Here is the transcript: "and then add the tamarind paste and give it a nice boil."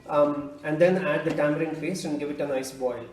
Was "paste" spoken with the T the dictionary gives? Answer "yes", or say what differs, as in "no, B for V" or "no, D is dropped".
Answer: no, T is dropped